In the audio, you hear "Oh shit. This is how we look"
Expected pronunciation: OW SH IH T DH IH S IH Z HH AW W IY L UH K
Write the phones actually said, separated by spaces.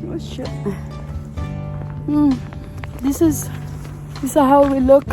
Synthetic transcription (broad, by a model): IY S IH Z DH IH S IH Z HH AW W IY L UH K